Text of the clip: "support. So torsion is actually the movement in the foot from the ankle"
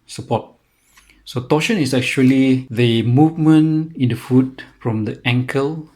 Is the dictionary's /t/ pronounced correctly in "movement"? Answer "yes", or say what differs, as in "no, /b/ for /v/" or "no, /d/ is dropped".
no, /t/ is dropped